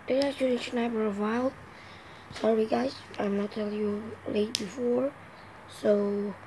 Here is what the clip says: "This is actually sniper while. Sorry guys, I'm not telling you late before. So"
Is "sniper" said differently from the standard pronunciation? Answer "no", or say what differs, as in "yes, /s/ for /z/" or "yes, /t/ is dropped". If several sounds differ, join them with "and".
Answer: yes, /b/ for /p/